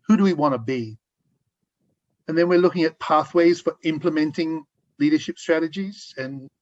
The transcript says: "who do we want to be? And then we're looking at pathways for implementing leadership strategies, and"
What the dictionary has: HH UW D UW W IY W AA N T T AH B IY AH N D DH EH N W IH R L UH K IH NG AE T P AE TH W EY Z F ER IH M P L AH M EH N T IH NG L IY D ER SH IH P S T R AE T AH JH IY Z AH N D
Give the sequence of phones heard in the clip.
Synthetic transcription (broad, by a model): HH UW D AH W IY W AA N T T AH B IY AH N DH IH N W IH R L UH K IH NG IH T P AE TH W EY Z F ER IH M P L AH M EH N T IH NG L IY D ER SH IH P S T R AE T AH JH IY Z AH N